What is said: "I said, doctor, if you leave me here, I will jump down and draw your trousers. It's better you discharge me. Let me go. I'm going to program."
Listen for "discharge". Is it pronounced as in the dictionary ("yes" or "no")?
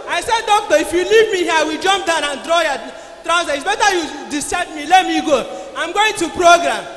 no